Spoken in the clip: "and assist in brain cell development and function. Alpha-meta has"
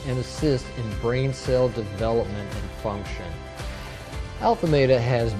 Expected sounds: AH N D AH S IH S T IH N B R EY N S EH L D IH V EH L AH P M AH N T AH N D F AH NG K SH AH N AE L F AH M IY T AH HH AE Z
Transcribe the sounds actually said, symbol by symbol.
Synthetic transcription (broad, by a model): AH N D AH S IH S T IH N B R EY N S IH L D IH V EH L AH P M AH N T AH N F AH NG K SH AH N AE L F AH M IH T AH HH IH Z